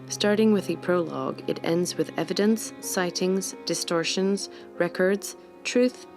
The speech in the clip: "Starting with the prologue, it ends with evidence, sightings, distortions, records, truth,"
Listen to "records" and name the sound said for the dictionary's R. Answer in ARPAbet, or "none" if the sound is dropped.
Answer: R